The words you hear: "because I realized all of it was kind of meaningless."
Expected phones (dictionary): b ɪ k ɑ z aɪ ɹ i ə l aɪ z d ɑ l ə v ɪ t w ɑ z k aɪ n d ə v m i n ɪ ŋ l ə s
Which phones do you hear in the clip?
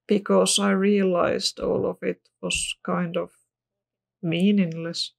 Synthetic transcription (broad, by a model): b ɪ k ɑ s aɪ ɹ i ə l aɪ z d ɑ l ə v ɪ t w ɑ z k aɪ n d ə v m i n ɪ ŋ l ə s